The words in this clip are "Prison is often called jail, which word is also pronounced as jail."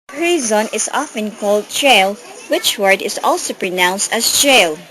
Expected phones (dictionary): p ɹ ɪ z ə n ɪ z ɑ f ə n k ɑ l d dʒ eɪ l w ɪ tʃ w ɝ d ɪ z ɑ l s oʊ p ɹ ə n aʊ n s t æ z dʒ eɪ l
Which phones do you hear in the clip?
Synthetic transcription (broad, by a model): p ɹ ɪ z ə n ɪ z ɑ f ə n k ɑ l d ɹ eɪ l w ɪ tʃ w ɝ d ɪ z ɑ l s oʊ p ɹ ə n aʊ n s t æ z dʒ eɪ l